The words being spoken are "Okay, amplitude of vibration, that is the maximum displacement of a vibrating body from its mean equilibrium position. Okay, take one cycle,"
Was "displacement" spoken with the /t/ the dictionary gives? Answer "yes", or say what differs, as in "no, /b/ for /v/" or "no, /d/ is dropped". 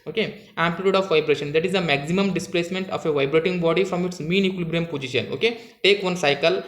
yes